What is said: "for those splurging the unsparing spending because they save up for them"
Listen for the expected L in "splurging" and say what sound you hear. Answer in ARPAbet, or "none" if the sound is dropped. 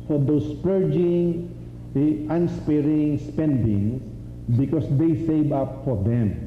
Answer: none